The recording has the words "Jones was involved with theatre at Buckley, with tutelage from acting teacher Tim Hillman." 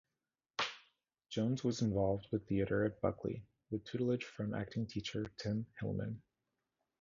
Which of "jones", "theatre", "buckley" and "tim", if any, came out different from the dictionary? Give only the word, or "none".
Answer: none